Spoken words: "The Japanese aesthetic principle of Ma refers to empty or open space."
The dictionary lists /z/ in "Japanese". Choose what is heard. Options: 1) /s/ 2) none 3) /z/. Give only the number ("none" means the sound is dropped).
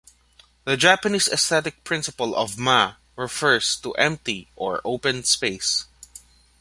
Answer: 1